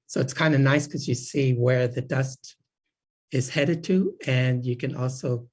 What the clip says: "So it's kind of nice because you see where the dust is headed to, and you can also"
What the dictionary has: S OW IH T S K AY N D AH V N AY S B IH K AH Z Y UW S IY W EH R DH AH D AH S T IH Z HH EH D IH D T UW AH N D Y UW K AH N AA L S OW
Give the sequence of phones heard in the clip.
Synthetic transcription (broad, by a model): S OW IH T S K AY N D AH N AY S K AH Z Y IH S IY W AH R DH AH D AH S T IH Z HH EH D IH D T UW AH N Y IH K AH N AA L S OW